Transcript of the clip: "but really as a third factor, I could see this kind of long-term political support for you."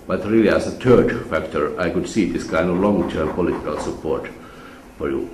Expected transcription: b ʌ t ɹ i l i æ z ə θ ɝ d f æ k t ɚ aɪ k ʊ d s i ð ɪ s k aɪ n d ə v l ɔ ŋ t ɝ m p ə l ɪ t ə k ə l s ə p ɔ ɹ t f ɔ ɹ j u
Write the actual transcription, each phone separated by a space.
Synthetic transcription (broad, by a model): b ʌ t ɹ i l i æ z ə t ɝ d f æ k t ɚ aɪ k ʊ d s i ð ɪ s k aɪ n d ə v l ɔ ŋ t ɝ m p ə l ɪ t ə k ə l s ə p ɔ ɹ t f ɔ ɹ j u